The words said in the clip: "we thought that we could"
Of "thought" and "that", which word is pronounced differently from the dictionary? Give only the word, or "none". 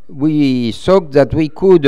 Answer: thought